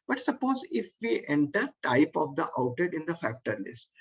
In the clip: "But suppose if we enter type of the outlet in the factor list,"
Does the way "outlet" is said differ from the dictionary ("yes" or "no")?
yes